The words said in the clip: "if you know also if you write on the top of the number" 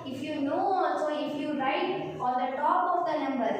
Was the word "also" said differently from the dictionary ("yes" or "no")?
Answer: yes